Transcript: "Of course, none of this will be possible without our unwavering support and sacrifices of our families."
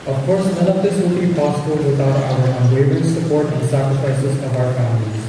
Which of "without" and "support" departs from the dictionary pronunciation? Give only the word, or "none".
without